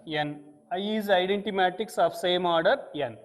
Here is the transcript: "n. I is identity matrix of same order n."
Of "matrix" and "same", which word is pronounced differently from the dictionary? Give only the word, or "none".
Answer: matrix